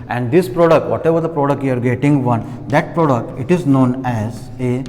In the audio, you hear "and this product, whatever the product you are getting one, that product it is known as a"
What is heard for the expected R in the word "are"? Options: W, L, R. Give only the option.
R